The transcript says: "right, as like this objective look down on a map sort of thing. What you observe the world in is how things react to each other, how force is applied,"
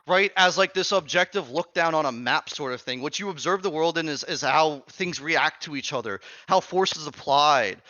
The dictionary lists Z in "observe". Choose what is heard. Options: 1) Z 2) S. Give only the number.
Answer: 1